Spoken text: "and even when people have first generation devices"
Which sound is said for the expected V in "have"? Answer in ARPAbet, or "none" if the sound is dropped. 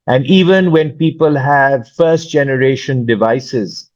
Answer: V